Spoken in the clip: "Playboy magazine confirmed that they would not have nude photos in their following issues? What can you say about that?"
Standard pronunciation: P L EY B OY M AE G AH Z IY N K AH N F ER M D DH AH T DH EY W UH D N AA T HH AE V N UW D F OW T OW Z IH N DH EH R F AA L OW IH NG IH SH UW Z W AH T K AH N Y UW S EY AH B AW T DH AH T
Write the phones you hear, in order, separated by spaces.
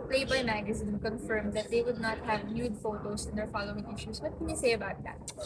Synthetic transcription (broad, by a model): P L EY B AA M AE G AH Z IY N K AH N F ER M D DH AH T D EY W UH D N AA T HH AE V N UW D F OW T OW S IH N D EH R F AA L OW IH NG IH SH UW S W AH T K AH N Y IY S EY AH B AW T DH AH T